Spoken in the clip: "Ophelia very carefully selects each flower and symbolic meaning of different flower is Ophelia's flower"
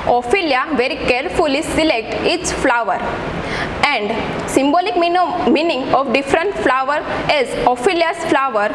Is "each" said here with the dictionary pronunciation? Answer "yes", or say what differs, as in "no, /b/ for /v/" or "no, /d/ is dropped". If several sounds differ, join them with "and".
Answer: no, /s/ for /tʃ/